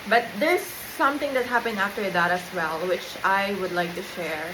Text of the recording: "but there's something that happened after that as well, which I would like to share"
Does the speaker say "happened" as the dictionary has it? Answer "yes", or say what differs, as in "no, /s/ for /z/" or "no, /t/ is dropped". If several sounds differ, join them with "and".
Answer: no, /d/ is dropped